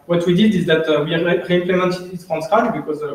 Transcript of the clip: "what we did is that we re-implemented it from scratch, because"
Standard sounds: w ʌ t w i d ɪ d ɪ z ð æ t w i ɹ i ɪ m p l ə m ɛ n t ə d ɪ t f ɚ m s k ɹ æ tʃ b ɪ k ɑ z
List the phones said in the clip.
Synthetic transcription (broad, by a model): w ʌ t w i d ɪ d ɪ z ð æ t w i ɹ i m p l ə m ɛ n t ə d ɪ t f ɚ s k ɑ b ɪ k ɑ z